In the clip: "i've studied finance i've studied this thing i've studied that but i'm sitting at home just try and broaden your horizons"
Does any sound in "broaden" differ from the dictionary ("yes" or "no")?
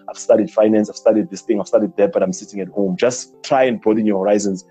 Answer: yes